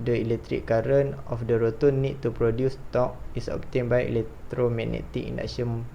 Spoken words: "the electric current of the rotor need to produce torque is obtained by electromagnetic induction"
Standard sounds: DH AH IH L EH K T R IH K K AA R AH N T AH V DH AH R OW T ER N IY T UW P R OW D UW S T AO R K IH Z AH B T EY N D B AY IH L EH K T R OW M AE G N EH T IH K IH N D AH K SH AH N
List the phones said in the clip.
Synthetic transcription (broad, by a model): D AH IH L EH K T R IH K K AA R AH N AH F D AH R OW T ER N IY T UW P R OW D UW S T AO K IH S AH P T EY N B AY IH L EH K T R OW M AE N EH T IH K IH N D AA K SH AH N